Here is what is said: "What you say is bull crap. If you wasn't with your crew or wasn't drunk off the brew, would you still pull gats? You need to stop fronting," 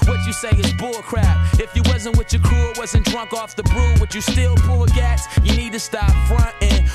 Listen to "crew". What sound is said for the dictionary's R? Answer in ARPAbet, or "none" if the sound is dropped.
none